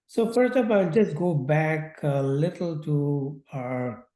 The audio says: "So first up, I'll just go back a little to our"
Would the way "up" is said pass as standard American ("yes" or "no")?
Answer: no